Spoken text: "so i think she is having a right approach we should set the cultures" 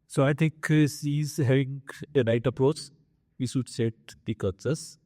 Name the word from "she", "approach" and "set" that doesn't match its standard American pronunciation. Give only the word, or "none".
she